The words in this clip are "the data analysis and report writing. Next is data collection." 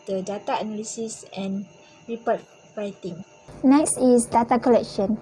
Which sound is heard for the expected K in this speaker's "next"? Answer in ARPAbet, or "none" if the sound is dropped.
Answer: K